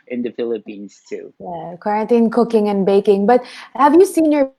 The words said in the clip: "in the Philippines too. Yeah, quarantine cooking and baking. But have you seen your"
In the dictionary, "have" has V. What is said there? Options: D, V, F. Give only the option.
V